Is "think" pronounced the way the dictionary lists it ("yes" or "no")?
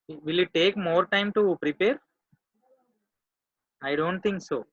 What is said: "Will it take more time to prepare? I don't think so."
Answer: no